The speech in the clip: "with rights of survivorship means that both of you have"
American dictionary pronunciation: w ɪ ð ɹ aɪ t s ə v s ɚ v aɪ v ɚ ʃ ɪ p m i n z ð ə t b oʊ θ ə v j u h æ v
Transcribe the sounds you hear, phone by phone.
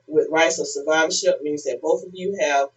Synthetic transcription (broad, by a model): w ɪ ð ɹ aɪ t s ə s ɚ v aɪ v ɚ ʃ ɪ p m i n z ð ə t b oʊ θ ə v j u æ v